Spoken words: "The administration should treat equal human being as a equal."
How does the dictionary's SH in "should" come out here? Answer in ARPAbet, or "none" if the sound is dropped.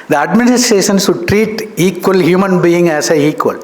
S